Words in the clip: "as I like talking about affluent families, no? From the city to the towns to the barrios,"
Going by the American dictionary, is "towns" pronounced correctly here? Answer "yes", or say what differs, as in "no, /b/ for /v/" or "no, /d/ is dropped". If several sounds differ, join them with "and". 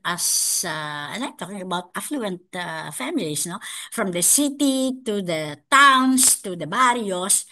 no, /s/ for /z/